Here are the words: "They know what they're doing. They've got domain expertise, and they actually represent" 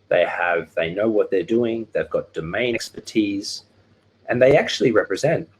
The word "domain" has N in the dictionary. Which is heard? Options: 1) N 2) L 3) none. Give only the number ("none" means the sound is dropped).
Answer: 3